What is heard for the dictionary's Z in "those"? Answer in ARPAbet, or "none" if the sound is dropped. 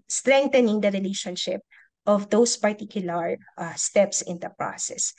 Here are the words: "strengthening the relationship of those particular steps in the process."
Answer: S